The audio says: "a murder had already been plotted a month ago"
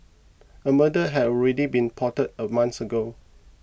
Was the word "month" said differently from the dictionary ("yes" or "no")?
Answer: yes